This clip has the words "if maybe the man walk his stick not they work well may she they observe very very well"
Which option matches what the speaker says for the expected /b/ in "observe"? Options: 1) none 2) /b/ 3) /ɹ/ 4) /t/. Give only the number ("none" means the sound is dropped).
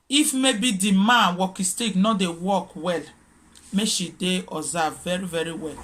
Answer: 1